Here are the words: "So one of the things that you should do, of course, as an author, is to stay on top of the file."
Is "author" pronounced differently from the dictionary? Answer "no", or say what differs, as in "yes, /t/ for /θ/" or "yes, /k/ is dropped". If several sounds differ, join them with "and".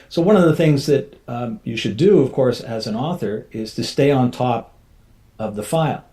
no